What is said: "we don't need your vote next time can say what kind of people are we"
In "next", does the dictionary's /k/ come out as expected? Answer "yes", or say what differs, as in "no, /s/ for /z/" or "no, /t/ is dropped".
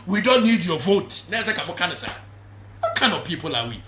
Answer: no, /k/ is dropped